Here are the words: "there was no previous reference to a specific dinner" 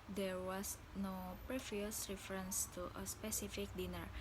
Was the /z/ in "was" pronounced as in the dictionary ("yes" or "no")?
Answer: no